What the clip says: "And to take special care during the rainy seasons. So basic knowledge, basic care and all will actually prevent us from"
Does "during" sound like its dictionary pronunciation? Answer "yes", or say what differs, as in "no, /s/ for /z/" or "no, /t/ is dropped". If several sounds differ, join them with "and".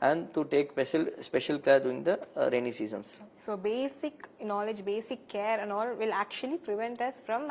no, /ɹ/ is dropped